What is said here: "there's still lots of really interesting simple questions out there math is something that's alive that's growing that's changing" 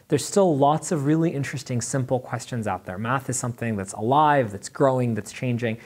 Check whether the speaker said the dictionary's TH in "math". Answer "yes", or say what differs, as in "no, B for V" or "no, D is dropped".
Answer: yes